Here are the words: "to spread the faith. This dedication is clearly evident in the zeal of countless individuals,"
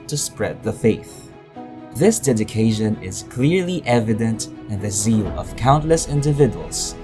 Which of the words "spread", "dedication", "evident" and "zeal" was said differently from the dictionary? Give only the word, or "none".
none